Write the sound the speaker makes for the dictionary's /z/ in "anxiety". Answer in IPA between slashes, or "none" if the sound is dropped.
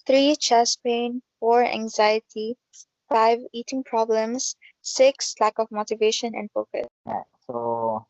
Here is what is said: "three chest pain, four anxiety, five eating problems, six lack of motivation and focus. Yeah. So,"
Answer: /z/